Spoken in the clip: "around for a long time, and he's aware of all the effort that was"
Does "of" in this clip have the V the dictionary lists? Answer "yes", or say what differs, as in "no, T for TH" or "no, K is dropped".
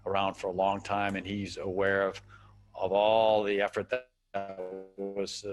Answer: yes